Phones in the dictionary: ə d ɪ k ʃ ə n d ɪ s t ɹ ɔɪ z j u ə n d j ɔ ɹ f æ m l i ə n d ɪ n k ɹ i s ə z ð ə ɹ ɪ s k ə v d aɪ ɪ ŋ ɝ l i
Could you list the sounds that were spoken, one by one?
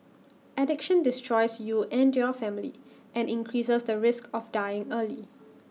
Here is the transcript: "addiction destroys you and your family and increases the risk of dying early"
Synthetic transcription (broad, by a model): ə d ɪ k ʃ ə n d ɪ s t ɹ ɔɪ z j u ə n d j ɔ f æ m l i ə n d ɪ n k ɹ i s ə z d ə ɹ ɪ s k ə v d aɪ ɪ ŋ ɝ l i